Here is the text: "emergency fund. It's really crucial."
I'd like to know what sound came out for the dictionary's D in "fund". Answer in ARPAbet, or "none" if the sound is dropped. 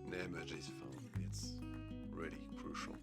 none